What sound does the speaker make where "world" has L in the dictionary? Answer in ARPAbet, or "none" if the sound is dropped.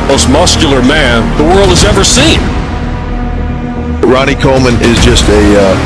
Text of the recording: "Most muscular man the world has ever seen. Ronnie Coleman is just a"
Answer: L